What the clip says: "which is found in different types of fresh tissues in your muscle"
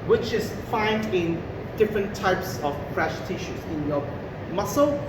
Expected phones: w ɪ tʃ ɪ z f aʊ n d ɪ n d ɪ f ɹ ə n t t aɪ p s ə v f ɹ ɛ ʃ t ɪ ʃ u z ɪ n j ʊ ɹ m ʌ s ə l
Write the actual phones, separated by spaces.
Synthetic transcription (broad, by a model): w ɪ tʃ ɪ z f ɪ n d ɪ n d ɪ f ɹ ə n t t aɪ p s ə v p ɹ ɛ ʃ t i ʃ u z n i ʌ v m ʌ s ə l